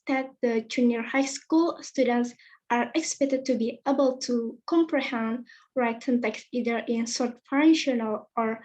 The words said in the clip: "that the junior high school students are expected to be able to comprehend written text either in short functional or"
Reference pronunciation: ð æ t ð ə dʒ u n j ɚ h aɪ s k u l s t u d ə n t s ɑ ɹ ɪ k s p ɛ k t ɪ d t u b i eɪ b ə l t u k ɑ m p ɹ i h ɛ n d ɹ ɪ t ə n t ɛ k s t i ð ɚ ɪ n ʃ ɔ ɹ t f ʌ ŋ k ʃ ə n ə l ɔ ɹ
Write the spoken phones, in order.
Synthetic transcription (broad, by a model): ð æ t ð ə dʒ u n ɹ h aɪ s k u l s t u d ə n t s ɑ ɹ ɪ k s p ɛ k t ɪ d t u b i eɪ b ə l t u k ɑ m p ɹ i h ɛ n d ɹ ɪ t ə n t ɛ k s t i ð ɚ ɪ n s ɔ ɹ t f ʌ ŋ ʃ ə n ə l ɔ ɹ